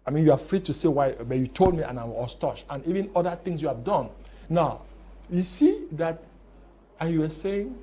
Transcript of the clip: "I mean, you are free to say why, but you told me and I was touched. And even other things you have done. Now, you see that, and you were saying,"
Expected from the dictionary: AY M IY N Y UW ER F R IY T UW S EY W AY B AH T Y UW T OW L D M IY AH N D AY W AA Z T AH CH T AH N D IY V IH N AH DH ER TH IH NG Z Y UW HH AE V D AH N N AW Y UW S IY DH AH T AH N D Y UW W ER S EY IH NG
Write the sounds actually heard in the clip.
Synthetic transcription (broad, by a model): AY M IY N Y UW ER F R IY T UW S EY W AY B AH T Y UW T OW L D M IY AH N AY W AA S T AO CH AH N IY V IH N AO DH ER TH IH NG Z Y UW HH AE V D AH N N AW Y UW S IY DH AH T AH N Y UW W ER S EY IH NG